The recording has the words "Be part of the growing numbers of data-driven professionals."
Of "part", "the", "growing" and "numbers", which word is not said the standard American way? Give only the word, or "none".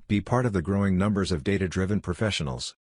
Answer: none